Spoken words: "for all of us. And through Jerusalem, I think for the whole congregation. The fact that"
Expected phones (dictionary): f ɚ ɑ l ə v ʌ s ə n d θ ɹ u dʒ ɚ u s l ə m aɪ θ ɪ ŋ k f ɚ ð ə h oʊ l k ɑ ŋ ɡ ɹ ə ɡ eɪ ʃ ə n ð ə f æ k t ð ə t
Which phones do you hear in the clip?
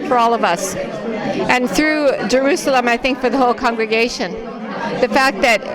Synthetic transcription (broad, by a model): f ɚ ɑ l ə v ʌ s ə n θ ɹ u dʒ ɚ u s l ə m aɪ θ ɪ ŋ k f ɚ ð ə h oʊ l k ɑ ŋ ɡ ɹ ə ɡ eɪ ʃ ə n ð ə f æ k t ð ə t